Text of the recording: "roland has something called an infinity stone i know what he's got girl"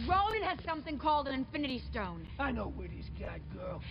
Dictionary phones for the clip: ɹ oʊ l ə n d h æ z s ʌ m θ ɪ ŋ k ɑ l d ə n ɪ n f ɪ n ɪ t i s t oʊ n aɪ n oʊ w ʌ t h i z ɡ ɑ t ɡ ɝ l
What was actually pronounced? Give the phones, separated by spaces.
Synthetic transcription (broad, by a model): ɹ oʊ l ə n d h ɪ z s ʌ m θ ɪ ŋ k ɑ l d ə n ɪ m f ɪ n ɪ t i s t oʊ n aɪ n oʊ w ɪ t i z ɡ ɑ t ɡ ɝ l